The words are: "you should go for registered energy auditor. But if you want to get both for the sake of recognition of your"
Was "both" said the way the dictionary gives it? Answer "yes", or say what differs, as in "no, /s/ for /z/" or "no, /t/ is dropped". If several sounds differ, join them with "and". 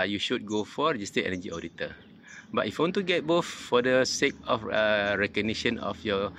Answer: no, /f/ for /θ/